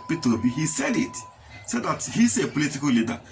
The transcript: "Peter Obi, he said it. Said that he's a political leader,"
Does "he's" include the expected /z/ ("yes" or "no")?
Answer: no